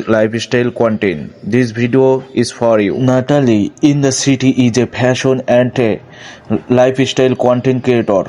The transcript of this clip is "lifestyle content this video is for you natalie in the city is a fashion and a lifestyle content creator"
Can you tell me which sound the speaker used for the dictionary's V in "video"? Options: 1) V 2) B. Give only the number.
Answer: 2